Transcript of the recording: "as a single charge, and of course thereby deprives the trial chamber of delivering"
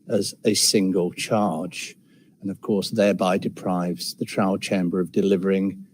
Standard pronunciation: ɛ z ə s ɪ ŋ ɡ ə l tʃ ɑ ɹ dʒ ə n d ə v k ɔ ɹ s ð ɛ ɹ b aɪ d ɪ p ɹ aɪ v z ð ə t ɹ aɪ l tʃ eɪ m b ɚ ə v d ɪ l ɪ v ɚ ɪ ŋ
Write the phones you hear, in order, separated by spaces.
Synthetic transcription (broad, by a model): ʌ z ə s ɪ ŋ ɡ ə l tʃ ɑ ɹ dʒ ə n ə v k ɔ ɹ s ð ɛ ɹ b aɪ d ɪ p ɹ aɪ v z ð ə t ɹ aɪ l tʃ eɪ m b ɚ ə v d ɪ l ɪ v ɚ ɪ ŋ